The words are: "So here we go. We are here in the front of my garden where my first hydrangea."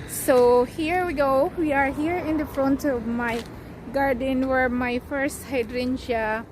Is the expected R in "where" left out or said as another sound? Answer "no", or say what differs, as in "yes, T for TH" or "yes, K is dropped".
no